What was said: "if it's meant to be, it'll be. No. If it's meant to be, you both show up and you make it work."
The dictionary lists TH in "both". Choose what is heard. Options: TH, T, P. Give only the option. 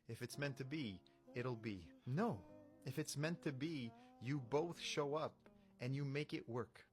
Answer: TH